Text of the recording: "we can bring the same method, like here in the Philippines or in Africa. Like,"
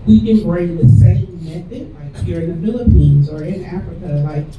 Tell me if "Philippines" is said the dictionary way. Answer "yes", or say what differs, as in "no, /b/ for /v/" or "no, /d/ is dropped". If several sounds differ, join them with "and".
yes